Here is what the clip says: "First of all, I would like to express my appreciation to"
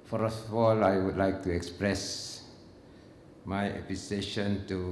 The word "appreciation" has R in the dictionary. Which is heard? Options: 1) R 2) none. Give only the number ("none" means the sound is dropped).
2